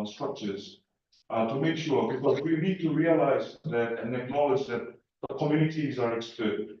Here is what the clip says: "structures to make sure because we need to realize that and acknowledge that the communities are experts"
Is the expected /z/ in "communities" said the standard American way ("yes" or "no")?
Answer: yes